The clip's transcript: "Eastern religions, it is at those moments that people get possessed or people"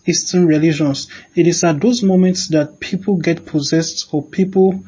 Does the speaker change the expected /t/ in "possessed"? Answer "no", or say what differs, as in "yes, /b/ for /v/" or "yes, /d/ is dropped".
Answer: no